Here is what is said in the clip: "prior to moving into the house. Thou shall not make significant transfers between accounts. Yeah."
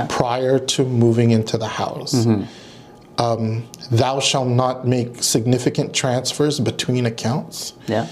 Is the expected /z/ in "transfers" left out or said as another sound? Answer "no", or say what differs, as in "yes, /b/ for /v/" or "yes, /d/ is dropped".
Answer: no